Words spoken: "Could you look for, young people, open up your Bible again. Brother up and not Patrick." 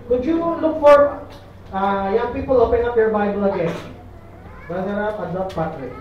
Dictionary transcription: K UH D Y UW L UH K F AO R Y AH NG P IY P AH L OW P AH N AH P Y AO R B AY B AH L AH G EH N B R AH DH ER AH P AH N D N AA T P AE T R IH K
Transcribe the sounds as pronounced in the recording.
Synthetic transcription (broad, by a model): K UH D Y UW L UH K F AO R Y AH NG P IY P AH L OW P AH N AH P Y AO R B AY B AH L AH G EH N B AH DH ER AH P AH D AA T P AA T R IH